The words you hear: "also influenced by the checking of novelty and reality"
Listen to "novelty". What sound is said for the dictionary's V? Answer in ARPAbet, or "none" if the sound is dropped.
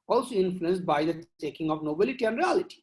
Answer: B